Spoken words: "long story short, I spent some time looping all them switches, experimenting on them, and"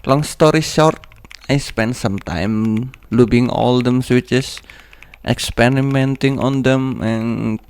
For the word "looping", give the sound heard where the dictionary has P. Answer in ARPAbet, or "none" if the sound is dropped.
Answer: B